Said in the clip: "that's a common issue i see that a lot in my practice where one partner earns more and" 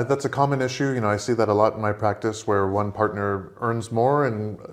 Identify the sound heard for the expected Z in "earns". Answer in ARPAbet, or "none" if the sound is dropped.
Z